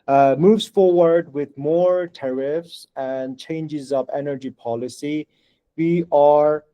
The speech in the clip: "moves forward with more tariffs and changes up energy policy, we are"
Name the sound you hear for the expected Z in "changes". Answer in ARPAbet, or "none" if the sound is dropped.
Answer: Z